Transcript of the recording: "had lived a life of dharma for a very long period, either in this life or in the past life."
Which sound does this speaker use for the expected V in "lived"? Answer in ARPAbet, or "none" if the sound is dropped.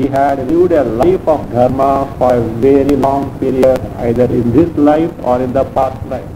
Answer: none